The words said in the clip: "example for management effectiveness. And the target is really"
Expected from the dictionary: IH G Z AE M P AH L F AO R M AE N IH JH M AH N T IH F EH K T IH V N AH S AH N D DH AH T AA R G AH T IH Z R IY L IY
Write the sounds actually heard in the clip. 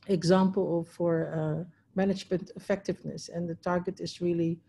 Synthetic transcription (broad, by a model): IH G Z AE M P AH L F AO R M AE N IH JH M AH N T IH F EH K T IH V N AH S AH N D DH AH T AA R G AH T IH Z R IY L IY